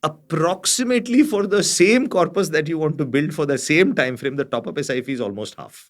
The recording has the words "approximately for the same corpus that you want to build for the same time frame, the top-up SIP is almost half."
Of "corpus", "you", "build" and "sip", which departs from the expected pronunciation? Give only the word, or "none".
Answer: sip